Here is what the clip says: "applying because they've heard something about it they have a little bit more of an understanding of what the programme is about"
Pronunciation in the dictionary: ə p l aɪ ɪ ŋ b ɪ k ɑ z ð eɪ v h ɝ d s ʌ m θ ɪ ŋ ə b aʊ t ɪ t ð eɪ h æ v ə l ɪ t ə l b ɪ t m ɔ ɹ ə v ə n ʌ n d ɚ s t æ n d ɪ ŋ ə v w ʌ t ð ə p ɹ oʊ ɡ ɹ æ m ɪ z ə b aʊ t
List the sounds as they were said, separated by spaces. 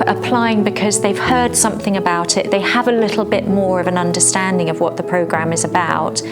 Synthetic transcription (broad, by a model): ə p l aɪ ɪ ŋ b ɪ k ɑ z ð eɪ v h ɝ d s ʌ m θ ɪ ŋ ə b aʊ t ɪ t ð eɪ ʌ v ə l ɪ t l b ɪ t m ɔ ɹ ə v ə n ʌ n d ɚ s t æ n d ɪ ŋ ə v w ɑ t ð ə p ɹ oʊ ɡ ɹ æ m ɪ z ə b aʊ t